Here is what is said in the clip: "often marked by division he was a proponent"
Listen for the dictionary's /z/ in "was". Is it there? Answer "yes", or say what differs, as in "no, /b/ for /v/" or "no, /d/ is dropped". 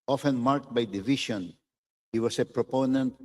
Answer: no, /s/ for /z/